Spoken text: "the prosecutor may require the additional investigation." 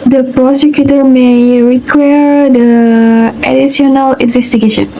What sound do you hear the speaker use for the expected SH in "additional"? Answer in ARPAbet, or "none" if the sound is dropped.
S